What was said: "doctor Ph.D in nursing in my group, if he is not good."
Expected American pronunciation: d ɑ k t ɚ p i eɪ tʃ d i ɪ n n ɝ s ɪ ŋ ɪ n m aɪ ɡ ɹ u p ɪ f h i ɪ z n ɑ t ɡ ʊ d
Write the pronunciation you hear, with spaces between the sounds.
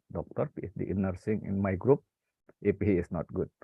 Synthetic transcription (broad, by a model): d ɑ k t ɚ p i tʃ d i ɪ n n ɝ s ɪ ŋ ɪ n m aɪ ɡ ɹ u p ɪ p h i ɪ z n ɑ t ɡ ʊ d